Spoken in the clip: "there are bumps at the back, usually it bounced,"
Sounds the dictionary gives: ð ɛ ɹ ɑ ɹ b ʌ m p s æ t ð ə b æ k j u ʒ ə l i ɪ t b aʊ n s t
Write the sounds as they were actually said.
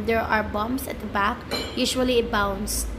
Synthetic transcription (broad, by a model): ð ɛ ɹ ɑ ɹ b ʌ m s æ t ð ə b æ k j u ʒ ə l i ɪ t b aʊ n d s